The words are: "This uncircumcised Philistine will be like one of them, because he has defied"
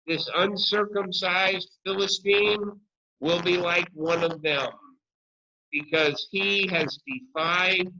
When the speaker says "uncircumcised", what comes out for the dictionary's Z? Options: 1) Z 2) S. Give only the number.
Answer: 1